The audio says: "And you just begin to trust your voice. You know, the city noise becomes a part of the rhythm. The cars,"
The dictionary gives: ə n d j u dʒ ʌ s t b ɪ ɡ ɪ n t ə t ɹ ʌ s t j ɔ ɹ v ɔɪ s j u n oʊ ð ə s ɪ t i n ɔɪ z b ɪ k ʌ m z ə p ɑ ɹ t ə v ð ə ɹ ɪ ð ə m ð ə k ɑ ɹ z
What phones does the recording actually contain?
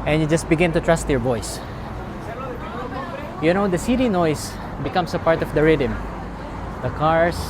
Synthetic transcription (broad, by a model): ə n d j u dʒ ʌ s t b ɪ ɡ ɪ n t ə t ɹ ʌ s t j ɔ ɹ b ɔɪ s j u n oʊ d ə s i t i n ɔɪ s b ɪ k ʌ m s ə p ɑ ɹ t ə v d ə ɹ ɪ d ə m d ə k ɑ ɹ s